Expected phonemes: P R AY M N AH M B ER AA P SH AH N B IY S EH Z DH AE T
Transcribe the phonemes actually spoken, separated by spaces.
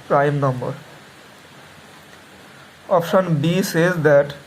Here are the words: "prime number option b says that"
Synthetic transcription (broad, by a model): P R AY M N AH M B ER AA P SH AH N B IY S EH Z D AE T